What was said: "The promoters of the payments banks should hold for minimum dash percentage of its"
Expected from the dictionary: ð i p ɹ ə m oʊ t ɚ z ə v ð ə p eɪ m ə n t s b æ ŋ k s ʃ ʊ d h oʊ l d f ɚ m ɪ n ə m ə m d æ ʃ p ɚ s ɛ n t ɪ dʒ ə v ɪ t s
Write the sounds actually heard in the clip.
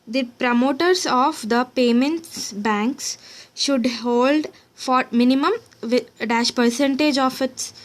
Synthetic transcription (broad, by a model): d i p ɹ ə m oʊ t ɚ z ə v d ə p eɪ m ə n t s b æ ŋ k s ʃ ʊ d h oʊ l d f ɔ m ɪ n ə m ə m d æ ʃ p ɚ s ɛ n t ɪ dʒ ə f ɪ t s